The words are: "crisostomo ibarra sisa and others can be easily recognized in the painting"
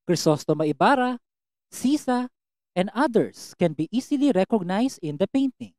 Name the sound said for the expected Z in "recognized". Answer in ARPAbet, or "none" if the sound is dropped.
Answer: S